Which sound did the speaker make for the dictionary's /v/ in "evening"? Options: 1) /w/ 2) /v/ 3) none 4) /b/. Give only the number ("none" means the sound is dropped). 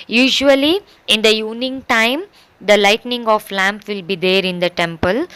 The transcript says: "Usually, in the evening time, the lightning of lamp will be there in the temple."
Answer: 3